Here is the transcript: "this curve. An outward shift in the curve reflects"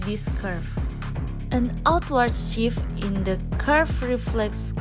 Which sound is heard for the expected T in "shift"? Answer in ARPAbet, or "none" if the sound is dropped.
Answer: none